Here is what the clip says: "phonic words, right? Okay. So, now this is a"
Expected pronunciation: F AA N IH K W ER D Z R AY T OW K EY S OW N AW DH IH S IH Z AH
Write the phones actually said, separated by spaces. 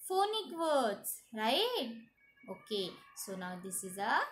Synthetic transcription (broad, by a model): F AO N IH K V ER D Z R AY OW K EY S OW N AW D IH S IH Z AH